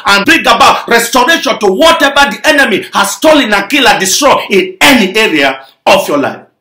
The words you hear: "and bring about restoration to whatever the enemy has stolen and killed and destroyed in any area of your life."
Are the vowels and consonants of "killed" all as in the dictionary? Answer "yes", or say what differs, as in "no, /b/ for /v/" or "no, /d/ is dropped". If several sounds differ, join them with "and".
no, /d/ is dropped